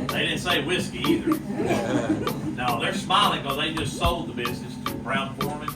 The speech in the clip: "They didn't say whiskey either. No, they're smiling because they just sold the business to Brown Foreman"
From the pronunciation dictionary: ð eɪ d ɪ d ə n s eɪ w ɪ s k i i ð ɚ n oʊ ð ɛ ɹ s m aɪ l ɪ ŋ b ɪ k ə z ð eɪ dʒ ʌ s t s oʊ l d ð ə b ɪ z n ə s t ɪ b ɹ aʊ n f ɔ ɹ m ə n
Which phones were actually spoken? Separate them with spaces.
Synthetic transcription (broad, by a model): ð eɪ d ɪ d n s eɪ w ɪ s k i i ð ɚ n oʊ ð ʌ ɹ s m aɪ l ɪ ŋ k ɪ ə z ð eɪ dʒ ʌ s t s oʊ l d ð ə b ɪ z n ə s t ɪ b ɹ aʊ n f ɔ ɹ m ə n